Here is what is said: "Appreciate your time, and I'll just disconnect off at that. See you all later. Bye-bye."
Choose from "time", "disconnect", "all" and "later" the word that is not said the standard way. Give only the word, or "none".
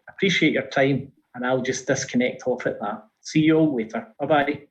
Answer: later